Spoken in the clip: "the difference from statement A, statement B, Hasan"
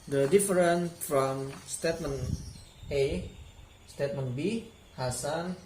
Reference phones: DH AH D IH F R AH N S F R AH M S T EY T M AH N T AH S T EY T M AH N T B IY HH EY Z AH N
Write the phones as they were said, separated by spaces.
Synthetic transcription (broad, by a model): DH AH D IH F R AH N F R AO M S T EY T M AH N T AH S T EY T M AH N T B IY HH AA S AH N